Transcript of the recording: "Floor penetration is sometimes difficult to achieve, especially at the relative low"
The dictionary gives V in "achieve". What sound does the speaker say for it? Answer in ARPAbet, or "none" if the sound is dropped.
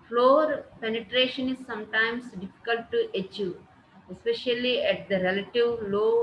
none